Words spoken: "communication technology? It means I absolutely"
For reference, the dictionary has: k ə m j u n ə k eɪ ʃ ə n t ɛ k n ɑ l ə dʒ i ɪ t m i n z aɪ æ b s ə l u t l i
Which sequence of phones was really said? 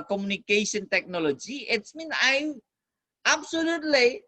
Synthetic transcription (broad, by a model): k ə m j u n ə k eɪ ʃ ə n t ɛ k n ɑ l ə dʒ i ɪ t m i n aɪ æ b s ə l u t l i